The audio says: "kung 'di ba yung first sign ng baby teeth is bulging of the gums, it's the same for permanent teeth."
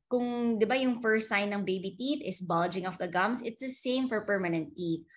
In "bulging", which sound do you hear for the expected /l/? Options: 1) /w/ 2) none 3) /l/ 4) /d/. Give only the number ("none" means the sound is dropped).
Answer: 3